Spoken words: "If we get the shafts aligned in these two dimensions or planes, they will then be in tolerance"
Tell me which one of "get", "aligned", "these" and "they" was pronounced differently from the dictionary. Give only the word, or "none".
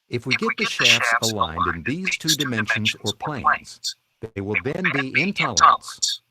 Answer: none